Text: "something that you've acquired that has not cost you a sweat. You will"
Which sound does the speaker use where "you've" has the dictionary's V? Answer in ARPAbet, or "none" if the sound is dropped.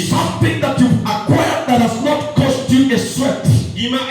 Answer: none